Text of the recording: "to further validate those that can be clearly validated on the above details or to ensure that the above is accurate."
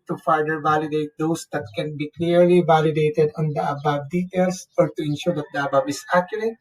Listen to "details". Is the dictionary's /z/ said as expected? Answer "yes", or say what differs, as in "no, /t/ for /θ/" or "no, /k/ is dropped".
no, /s/ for /z/